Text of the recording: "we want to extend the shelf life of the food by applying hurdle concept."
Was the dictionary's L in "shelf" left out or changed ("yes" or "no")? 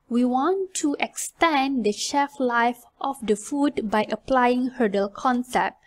yes